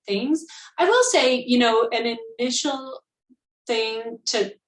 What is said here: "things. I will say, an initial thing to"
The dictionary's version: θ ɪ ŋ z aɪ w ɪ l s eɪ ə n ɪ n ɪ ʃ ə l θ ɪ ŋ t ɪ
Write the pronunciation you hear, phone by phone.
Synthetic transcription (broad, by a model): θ ɪ ŋ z aɪ w ɪ l s eɪ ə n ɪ n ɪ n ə l θ ɪ ŋ t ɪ